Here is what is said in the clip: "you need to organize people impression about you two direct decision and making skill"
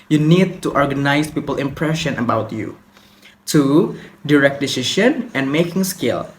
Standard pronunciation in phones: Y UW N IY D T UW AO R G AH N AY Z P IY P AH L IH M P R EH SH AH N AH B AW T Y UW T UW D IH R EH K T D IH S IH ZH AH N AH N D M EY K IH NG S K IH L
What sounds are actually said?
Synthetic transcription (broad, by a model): Y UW N IY D T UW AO R G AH N AY S P IY P AH L IH M P R EH SH AH N AH B AW T Y UW T UW D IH R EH K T D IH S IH SH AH N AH N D M EY K IH NG S K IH L